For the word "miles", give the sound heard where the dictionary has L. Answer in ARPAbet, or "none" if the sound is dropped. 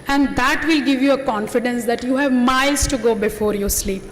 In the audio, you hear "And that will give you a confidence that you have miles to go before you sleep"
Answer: none